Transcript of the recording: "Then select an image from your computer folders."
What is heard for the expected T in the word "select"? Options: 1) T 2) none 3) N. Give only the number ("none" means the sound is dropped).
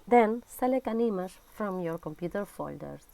2